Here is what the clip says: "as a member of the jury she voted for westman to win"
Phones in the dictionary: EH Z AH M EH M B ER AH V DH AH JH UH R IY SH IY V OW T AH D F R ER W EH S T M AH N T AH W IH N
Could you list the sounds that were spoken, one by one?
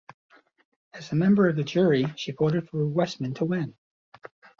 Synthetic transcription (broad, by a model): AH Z AH M EH M B ER AH V DH AH JH UH R IY SH IY B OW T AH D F R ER W EH S M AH N T AH W IH N